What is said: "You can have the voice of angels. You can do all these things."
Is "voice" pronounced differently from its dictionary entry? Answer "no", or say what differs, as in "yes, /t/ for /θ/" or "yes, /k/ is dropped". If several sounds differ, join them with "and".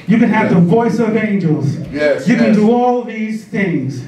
no